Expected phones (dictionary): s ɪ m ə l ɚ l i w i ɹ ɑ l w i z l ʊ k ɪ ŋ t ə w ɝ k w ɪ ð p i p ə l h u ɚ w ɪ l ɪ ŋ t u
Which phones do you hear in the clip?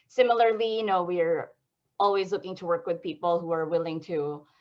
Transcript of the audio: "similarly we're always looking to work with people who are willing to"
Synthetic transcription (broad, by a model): s ɪ m l ɚ l i w i ɹ ɑ l w i z l ʊ k ɪ ŋ t ə w ɝ k w ɪ ð p i p l h u ɚ w ɪ l ɪ ŋ t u